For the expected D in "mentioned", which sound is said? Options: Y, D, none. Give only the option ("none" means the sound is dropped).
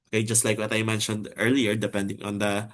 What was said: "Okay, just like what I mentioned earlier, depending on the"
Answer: D